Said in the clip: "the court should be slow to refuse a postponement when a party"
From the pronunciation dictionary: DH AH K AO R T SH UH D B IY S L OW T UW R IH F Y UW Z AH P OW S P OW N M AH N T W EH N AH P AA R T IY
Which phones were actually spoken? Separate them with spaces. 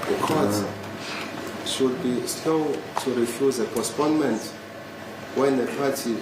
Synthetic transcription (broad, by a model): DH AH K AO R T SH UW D B IY S L OW T UW R IH F Y UW Z AH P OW S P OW N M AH N T W EH N AH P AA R T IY